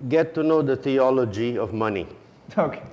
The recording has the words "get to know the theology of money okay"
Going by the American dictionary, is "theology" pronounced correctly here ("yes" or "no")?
no